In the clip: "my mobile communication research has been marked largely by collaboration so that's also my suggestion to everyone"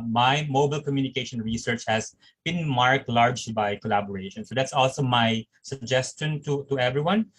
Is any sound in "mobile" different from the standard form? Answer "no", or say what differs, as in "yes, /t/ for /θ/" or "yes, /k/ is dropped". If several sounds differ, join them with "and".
no